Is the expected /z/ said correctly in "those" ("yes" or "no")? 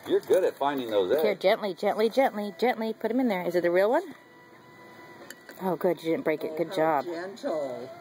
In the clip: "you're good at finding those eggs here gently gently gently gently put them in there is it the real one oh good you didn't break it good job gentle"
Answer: no